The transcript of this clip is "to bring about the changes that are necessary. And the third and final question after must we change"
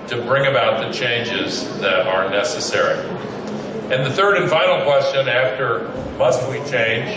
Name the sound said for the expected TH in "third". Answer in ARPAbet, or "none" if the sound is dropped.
TH